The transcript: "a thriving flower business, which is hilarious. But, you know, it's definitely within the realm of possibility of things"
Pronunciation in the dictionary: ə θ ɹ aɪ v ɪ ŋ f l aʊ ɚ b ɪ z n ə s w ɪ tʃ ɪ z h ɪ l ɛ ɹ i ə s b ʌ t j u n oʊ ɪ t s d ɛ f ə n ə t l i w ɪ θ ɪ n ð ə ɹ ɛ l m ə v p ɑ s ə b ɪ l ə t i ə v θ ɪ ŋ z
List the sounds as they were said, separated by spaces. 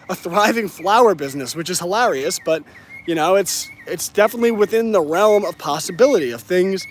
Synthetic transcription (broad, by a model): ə θ ɹ aɪ v ɪ ŋ f l aʊ ɚ b ɪ z n ə s w ɪ tʃ ɪ z h ɪ l ɛ ɹ i ə s b ʌ t j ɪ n oʊ ɪ t s d ɛ f ə n ə t l i w ɪ θ ɪ n ð ə ɹ ɛ l m ə v p ɑ s ə b ɪ l ə t i ə v θ ɪ ŋ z